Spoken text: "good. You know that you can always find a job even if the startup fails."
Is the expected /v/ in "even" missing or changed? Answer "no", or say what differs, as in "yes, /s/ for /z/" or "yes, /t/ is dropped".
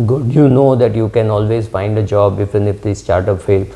yes, /f/ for /v/